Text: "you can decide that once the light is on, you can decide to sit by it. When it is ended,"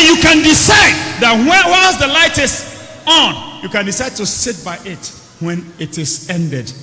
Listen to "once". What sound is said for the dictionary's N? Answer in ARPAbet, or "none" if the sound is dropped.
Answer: L